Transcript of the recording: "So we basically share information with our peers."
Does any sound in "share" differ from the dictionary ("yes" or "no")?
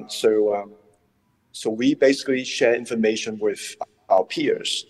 no